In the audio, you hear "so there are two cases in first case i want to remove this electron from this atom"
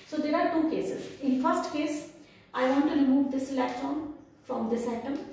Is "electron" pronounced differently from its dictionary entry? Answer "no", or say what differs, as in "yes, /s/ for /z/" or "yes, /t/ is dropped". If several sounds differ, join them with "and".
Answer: yes, /ɹ/ is dropped